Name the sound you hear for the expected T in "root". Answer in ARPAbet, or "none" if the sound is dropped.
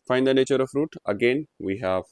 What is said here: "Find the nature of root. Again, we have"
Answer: T